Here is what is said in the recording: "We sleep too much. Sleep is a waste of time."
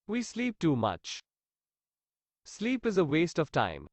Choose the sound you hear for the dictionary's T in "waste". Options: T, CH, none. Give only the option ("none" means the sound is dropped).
T